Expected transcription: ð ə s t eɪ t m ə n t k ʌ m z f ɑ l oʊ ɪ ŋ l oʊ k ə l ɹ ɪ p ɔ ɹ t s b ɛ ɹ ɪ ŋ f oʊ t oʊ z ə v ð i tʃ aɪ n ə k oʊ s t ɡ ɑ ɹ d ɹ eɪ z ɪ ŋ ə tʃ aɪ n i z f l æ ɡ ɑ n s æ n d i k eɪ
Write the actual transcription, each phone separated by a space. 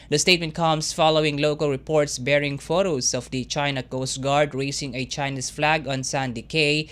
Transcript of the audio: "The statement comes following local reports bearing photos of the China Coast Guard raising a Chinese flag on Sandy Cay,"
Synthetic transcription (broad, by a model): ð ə s t eɪ t m ə n t k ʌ m s f ɑ l oʊ ɪ ŋ l oʊ k ə l ɹ ɪ p ɔ ɹ t s b ɛ ɹ ɪ ŋ f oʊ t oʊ s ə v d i tʃ aɪ n ə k oʊ s t ɡ ɑ ɹ d ɹ eɪ s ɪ ŋ ə tʃ aɪ n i s f l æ ɡ ɑ n s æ n d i k eɪ